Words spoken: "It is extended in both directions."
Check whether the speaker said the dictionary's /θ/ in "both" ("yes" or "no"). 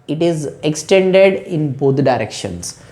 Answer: no